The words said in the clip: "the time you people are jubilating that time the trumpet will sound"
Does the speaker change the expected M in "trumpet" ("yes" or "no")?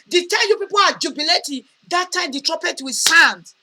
yes